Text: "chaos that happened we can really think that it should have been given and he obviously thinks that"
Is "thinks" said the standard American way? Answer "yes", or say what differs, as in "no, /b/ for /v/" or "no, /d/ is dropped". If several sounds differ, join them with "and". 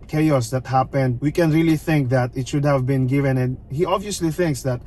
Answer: yes